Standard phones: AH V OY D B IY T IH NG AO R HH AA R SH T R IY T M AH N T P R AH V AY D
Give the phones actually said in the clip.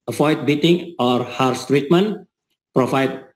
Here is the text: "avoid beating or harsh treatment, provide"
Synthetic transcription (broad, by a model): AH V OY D B IY T IH NG AO R HH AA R S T R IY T M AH N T P R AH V AY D